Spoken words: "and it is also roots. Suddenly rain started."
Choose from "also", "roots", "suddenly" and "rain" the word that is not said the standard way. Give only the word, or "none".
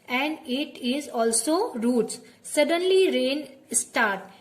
none